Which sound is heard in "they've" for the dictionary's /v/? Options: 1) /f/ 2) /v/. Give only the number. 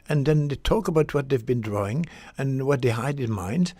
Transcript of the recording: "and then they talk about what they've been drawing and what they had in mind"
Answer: 2